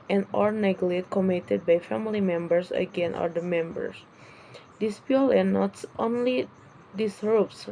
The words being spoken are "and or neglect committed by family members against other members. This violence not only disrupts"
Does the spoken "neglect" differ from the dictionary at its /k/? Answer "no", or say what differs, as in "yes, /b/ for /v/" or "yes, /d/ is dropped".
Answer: yes, /k/ is dropped